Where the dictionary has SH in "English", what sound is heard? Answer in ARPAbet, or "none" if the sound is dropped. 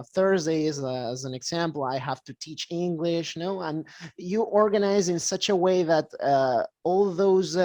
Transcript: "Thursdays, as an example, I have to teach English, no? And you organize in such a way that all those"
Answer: SH